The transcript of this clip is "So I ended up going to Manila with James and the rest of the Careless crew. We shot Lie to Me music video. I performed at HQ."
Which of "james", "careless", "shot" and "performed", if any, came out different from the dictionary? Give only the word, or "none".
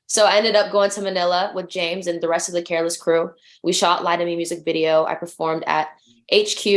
none